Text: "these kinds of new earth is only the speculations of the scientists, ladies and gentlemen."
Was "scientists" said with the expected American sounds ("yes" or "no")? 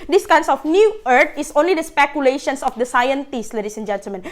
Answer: yes